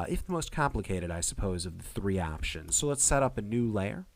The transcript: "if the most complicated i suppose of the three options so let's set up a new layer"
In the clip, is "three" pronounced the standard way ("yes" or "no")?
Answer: yes